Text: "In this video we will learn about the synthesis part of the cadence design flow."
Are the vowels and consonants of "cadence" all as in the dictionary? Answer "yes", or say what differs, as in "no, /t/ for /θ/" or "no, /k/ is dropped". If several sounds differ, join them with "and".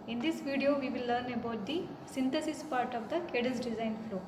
no, /n/ is dropped